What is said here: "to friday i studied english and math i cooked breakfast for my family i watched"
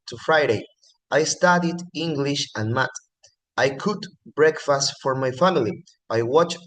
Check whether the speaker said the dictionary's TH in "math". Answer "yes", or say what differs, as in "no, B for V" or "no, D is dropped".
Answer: no, T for TH